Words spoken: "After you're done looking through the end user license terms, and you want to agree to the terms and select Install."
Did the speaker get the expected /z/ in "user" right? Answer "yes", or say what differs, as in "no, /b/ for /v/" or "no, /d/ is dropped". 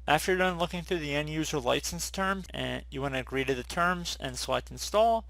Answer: yes